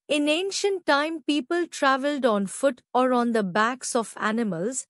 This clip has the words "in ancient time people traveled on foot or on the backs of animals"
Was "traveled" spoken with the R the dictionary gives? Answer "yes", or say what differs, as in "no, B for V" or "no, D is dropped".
yes